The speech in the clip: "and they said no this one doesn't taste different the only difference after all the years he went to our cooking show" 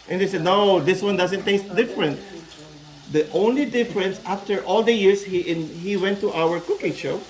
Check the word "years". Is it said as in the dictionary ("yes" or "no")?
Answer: no